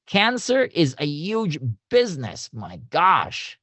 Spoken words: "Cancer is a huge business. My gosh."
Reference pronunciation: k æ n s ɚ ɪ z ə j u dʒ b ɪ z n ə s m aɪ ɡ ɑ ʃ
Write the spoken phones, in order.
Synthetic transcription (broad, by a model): k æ n s ɚ ɪ z ə j u dʒ b ɪ z n ə s m aɪ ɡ ɑ ʃ